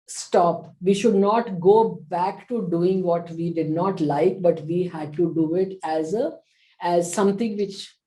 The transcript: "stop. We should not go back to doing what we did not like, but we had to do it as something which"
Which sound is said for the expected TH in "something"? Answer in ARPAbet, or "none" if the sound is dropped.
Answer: T